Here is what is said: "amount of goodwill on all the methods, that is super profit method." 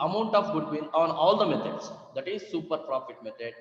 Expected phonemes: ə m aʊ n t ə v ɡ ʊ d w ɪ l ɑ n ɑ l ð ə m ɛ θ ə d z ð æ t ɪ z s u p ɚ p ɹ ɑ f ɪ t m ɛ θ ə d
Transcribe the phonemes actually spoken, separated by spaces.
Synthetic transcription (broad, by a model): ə m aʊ n t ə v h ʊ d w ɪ n ɑ n ɑ l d ə m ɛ t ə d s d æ t ɪ z s u p ɚ p ɹ ɑ f ɪ t m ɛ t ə d